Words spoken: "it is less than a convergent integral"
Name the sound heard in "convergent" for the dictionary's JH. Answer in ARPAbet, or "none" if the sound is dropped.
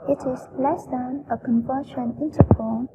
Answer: SH